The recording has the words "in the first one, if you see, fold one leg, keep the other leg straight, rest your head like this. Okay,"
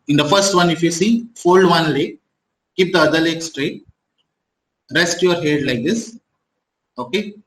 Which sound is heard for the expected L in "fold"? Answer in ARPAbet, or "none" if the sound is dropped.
L